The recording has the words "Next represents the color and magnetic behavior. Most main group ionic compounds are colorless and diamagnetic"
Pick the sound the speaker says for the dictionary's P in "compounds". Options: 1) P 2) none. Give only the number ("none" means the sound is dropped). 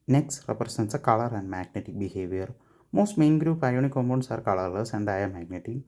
2